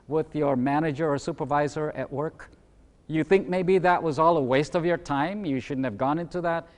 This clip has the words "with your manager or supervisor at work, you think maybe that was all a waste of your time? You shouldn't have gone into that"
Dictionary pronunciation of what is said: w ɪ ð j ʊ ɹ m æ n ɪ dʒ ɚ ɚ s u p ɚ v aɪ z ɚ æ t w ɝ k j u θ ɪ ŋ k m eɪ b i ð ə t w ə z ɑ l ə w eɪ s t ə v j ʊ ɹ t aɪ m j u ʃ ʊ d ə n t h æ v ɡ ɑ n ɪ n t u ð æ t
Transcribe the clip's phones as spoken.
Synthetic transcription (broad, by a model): w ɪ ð j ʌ ɹ m æ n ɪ dʒ ɚ ɚ s u p ɚ v aɪ z ɚ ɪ t w ɝ k j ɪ θ ɪ ŋ k m eɪ b i ð ə t w ə z ɑ l ə w eɪ s t ə v j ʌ ɹ t aɪ m j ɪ ʃ ʊ d n t h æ v ɡ ɑ n ɪ n t u ð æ t